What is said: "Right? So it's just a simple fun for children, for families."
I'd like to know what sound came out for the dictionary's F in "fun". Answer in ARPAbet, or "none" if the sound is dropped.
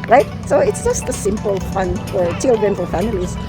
F